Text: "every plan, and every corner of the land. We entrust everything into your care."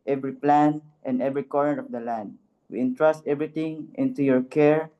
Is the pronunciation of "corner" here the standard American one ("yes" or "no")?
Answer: no